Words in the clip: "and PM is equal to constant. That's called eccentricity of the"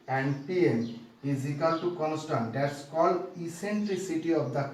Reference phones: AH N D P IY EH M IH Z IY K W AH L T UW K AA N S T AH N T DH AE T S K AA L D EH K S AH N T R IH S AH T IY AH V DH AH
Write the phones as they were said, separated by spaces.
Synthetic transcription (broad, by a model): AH N D P IY EH M IH Z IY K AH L T UW K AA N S T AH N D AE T S K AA L IY S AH N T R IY S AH T IY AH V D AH